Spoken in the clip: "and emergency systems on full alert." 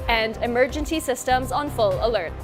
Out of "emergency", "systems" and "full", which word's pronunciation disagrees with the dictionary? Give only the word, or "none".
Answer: none